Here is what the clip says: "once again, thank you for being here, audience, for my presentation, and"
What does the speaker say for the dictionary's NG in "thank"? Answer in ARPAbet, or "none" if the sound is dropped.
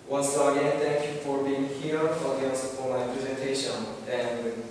none